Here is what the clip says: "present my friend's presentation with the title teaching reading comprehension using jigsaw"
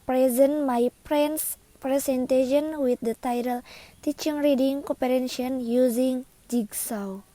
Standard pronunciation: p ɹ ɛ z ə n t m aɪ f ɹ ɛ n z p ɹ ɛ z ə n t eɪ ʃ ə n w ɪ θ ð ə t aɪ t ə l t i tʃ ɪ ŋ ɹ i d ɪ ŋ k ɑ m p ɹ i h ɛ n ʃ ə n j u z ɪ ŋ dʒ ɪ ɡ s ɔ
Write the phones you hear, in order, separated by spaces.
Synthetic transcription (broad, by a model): p ɹ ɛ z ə n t m aɪ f ɹ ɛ n s p ɹ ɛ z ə n t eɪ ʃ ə n w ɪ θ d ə t aɪ t ə l t i tʃ ɪ ŋ ɹ i d ɪ ŋ k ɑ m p i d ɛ n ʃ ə n j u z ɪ ŋ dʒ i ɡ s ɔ